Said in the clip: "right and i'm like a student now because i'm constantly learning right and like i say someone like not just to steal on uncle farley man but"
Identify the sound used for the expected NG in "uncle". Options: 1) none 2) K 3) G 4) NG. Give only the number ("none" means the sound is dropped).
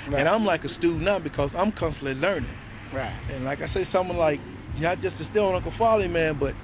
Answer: 1